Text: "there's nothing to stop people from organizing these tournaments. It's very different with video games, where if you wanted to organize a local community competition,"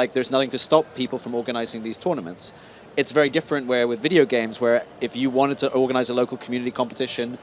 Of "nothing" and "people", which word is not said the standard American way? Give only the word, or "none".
none